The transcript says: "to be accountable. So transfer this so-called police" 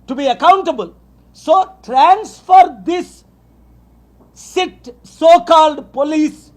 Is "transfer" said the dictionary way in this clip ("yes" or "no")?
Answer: yes